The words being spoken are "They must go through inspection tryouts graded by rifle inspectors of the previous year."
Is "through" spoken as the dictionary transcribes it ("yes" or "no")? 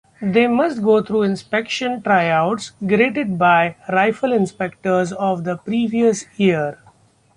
no